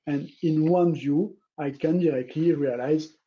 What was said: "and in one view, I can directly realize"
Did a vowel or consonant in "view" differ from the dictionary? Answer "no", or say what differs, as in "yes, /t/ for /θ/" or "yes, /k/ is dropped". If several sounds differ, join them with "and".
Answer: no